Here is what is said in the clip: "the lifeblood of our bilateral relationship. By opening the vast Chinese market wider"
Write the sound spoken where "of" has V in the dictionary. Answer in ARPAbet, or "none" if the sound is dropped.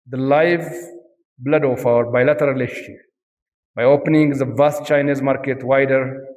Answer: F